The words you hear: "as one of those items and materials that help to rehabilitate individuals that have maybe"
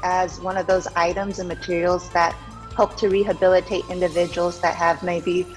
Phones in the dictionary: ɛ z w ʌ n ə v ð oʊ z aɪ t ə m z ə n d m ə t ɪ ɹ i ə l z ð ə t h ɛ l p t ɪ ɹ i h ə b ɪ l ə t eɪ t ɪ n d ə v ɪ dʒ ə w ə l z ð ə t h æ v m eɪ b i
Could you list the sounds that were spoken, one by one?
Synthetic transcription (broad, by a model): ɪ z w ʌ n ə v ð oʊ z aɪ t ə m z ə n m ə t ɪ ɹ i l z ð ə t h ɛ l p t ɪ ɹ i h ə b ɪ l ə t eɪ t ɪ n d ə v ɪ dʒ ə w l z ð ə t h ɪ v m eɪ b i